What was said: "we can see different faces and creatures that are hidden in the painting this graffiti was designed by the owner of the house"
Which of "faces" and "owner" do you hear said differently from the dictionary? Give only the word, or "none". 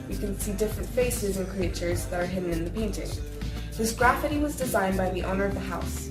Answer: none